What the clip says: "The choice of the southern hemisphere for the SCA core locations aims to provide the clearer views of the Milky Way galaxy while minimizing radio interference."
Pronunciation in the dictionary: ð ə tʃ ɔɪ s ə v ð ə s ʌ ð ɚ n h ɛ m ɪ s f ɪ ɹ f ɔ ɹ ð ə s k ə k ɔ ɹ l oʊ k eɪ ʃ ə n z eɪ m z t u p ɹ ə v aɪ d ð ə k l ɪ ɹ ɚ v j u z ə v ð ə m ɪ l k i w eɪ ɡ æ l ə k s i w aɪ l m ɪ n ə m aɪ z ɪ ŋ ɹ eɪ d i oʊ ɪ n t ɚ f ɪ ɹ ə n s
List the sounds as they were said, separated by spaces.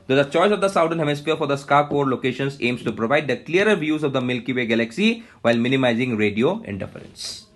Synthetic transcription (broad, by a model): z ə tʃ ɔɪ s ə v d ə s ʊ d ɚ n h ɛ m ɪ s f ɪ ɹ f ɔ ɹ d ə s k ə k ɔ ɹ l oʊ k eɪ ʃ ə n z eɪ m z t u p ɹ ə v aɪ d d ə k l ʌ ɹ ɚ v j u z ə v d ə m ɪ l k i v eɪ ɡ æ l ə k s i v aɪ l m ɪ n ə m aɪ z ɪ ŋ ɹ eɪ d i oʊ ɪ n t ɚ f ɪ ɹ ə n s